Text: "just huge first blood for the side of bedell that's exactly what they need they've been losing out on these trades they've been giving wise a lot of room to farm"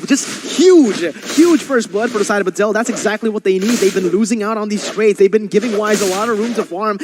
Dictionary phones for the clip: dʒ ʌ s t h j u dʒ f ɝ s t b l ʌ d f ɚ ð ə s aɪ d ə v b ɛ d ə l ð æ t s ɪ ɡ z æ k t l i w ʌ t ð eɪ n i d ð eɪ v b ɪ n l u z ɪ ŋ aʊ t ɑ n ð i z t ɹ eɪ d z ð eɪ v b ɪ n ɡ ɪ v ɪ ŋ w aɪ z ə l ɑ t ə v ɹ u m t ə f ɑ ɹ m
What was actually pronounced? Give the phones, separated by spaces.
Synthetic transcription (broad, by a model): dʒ ʌ s t h j u dʒ f ɝ s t b l ʌ d f ɚ ð ə s aɪ d ə v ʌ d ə l ð æ t s ɪ ɡ z æ k t l i w ʌ t ð eɪ n i d ð eɪ v b ɪ n l u z ɪ ŋ aʊ t n ð i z t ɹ eɪ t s ð eɪ v b ɪ n ɡ ɪ v ɪ ŋ w aɪ z ə l ɑ t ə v ɹ u m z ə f ɑ ɹ m